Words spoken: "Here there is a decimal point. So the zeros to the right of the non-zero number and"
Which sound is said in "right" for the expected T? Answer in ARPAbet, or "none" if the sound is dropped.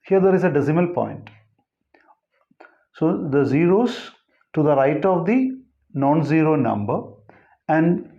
T